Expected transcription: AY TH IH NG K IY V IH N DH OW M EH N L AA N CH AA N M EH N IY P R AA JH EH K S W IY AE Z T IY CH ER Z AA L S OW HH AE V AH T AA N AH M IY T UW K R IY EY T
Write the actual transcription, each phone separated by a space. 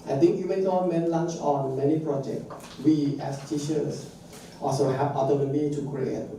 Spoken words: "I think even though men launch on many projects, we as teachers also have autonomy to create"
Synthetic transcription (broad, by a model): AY T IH NG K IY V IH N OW M EH N L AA N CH AA N M EH N IY P R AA JH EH K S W IY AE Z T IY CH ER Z AA L S OW HH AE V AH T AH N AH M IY T UW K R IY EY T